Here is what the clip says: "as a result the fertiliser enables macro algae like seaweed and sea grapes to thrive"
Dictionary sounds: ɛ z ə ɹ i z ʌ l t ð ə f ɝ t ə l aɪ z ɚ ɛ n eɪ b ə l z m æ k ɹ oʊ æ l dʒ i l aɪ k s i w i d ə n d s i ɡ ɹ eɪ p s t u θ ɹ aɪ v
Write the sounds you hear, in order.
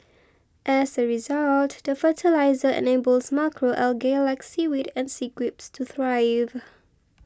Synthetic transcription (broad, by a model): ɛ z ə ɹ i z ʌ l t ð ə f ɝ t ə l aɪ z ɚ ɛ n eɪ b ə l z m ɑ k ɹ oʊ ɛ l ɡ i l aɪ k s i w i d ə n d s i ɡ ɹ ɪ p s t u θ ɹ aɪ v